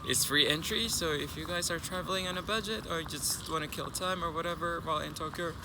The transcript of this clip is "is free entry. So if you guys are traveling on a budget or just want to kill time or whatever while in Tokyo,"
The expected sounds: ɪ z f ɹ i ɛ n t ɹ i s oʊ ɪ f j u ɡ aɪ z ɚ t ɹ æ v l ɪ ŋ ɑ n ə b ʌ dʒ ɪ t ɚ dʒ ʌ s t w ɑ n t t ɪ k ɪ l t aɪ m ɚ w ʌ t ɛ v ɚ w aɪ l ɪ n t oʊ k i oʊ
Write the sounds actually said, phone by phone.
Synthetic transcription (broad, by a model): ɪ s f ɹ i ɛ n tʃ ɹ i s oʊ ɪ f j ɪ ɡ aɪ z ɚ t ɹ æ v l ɪ ŋ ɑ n ə b ʌ dʒ ɪ t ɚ dʒ ʌ s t w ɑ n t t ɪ k ɪ l t aɪ m ɚ w ʌ t ɛ v ɚ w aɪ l ɪ n t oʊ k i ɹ